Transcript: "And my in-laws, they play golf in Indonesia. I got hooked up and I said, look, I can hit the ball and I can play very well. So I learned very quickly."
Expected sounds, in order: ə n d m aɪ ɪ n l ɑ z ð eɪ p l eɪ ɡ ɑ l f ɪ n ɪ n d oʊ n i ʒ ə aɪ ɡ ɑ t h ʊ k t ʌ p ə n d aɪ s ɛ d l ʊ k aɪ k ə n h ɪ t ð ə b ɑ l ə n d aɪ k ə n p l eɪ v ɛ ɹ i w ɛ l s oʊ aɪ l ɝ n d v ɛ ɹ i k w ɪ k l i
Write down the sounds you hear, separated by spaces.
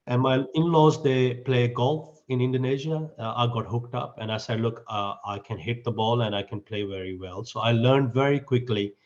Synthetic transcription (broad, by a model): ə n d m aɪ ɪ n l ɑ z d eɪ p l eɪ ɡ ɑ l f ɪ n ɪ n d oʊ n i ʒ ə aɪ ɡ ɑ t h ʊ k t ʌ p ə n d aɪ s ɛ d l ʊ k aɪ k ə n h ɪ t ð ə b ɑ l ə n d aɪ k ə n p l eɪ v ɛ ɹ i w ɛ l s oʊ aɪ l ɝ n d v ɛ ɹ i k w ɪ k l i